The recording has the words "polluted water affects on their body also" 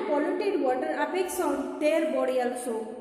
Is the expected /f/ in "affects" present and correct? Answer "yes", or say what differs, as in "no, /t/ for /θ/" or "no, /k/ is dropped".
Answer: no, /p/ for /f/